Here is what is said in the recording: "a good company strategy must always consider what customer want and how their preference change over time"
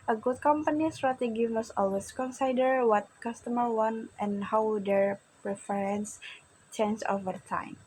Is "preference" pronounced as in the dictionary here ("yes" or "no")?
yes